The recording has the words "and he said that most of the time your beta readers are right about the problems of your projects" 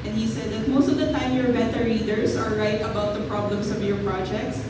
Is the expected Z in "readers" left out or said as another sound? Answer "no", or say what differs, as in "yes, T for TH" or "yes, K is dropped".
yes, S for Z